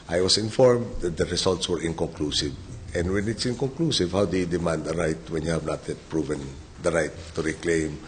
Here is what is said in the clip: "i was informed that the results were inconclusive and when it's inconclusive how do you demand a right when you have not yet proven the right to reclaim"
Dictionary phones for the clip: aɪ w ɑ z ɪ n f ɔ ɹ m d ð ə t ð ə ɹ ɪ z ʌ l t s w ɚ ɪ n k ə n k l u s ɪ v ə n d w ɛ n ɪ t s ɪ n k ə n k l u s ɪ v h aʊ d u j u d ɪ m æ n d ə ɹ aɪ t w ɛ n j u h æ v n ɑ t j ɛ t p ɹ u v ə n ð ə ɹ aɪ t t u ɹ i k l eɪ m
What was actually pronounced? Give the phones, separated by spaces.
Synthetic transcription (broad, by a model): aɪ w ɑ s ɪ n f ɔ ɹ m d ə t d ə ɹ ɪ s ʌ l t s w ɚ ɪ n k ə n k l u s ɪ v ə n d w ɛ n ɪ t s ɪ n k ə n k l u s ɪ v h aʊ d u j u d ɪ m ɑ n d ə ɹ aɪ t w ɛ n j u h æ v n ɑ t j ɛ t p ɹ u v ə n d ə ɹ aɪ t t u ɹ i k l eɪ m